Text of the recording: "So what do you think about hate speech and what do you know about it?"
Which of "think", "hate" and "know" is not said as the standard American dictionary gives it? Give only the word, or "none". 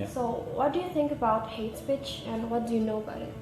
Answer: none